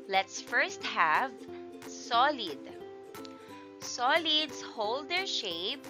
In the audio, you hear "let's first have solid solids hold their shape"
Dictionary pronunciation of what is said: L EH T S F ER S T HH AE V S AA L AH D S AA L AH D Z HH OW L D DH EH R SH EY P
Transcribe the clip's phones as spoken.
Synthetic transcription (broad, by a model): L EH T S F ER S T HH AE V S AA L AH D S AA L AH D S HH OW L D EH R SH EY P